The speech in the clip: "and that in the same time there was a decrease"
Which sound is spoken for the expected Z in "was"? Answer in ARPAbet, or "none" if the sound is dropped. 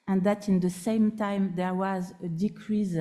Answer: Z